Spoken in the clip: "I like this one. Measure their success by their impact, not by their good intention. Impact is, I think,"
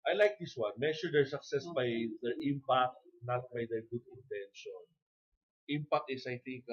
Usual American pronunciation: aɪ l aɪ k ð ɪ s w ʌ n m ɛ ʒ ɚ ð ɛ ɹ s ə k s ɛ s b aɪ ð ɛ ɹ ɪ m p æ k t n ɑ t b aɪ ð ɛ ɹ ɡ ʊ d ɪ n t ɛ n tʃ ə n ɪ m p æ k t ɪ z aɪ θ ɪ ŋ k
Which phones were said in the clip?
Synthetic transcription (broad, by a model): aɪ l aɪ k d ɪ s w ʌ n m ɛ ʃ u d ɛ ɹ s ə k s ɛ s b aɪ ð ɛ ɹ ɪ m p æ k t n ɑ t b aɪ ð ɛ ɹ ɡ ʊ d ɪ n t ɛ n ʃ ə n ɪ m p æ k t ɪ s aɪ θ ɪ ŋ k